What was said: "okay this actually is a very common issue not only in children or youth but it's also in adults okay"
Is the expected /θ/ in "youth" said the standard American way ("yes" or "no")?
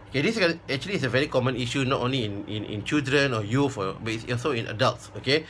no